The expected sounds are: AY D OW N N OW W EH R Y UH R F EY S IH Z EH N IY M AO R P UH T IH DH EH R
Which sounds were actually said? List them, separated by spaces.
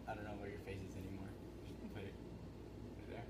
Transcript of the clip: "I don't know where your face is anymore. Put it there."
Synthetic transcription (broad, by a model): AY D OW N N OW W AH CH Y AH R F EY S IH Z EH N IY M AO R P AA IH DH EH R